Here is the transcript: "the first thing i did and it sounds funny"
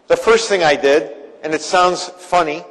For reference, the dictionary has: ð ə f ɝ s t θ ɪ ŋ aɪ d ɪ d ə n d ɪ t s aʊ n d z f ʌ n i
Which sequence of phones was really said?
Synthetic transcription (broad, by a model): ð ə f ɝ s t θ ɪ ŋ aɪ d ɪ d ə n ɪ t s aʊ n d z f ʌ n i